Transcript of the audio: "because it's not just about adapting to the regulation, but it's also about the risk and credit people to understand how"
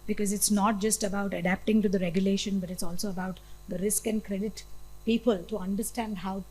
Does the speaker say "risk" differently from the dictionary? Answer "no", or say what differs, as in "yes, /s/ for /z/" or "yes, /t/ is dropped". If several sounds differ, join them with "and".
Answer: no